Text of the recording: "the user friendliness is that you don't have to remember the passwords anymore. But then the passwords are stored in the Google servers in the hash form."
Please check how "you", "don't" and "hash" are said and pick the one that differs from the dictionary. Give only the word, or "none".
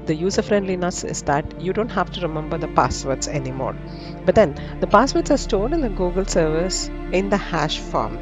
none